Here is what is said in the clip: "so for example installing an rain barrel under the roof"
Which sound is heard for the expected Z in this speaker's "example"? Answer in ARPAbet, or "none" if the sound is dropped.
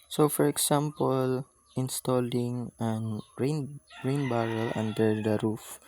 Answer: S